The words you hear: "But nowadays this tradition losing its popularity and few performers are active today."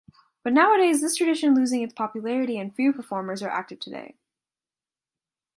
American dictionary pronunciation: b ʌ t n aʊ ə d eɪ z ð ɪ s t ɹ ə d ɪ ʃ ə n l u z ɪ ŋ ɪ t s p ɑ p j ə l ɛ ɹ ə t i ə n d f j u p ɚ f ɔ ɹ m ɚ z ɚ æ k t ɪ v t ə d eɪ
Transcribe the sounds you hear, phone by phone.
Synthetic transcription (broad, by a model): b ʌ t n aʊ ə d eɪ z ð ɪ s t ɹ ə d ɪ ʃ ə n l u z ɪ ŋ ɪ t s p ɑ p j ə l ɛ ɹ ə t i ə n f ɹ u p ɚ f ɔ ɹ m ɚ z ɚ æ k t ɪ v t ə d eɪ